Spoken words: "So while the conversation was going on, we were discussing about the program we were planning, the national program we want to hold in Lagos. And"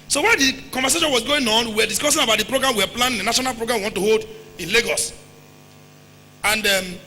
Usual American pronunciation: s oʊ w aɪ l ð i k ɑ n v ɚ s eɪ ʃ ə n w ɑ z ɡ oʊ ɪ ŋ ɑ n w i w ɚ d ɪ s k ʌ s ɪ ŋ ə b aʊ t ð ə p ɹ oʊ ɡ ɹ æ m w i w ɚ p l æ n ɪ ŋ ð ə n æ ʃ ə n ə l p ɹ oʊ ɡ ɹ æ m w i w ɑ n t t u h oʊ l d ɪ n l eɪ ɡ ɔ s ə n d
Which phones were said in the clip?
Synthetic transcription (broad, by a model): s oʊ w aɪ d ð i k ɑ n v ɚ s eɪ ʃ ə n w ɑ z ɡ oʊ ɪ ŋ ɑ n w i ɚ d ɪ s k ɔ s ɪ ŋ ə b aʊ t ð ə p ɹ oʊ ɡ ɹ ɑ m w i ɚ p l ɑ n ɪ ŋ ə n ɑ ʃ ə n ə l p ɹ oʊ ɡ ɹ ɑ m w i w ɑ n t t u h oʊ l d ɪ n l eɪ ɡ ɔ s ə n d